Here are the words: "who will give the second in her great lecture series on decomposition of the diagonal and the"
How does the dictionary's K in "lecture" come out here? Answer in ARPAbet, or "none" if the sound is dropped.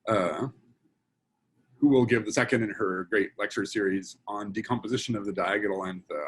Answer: K